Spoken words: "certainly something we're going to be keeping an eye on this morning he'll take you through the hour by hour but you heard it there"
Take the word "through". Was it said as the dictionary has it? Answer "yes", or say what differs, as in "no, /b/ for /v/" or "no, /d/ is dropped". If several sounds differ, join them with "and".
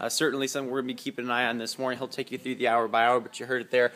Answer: yes